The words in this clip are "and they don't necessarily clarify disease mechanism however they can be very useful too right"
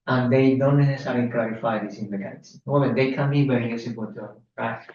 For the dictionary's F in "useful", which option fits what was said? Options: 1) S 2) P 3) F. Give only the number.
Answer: 2